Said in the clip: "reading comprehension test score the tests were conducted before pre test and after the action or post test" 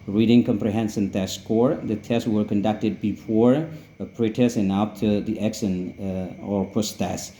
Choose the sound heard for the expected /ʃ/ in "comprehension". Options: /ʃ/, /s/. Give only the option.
/s/